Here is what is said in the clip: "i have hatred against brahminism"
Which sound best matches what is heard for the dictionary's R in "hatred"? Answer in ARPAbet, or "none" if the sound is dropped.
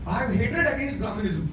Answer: none